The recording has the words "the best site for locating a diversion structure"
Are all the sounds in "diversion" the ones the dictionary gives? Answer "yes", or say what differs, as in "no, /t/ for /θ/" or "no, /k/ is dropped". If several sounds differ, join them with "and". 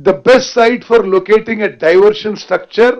no, /ʃ/ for /ʒ/